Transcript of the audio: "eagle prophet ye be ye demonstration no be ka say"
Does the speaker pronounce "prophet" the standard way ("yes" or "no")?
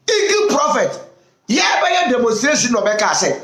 yes